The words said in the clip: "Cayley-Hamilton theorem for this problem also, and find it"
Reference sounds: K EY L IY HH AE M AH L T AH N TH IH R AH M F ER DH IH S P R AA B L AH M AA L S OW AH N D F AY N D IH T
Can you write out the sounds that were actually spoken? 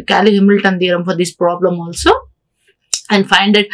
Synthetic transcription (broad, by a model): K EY L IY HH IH M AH L T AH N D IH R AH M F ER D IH S P R AA B L AH M AA L S OW AH N D F AY N D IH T